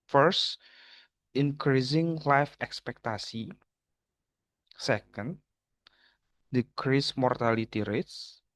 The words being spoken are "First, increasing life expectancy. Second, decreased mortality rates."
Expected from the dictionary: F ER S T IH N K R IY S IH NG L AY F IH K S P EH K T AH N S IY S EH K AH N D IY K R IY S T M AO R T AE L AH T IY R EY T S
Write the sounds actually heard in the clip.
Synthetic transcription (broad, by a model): F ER S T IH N K R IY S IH NG L AY F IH K S P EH K T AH S IY S EH K AH N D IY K R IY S M AO R T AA L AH T IY R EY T S